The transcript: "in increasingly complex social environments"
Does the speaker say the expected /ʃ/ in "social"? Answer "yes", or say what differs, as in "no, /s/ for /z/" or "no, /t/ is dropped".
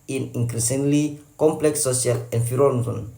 no, /ʃ/ is dropped